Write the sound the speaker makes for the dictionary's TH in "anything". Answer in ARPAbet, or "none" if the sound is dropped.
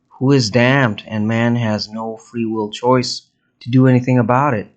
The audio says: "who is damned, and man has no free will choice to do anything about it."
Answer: TH